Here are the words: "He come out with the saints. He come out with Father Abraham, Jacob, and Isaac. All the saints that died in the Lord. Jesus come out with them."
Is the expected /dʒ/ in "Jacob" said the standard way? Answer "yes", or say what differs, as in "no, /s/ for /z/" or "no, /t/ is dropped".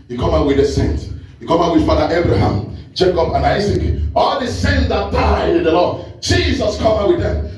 no, /tʃ/ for /dʒ/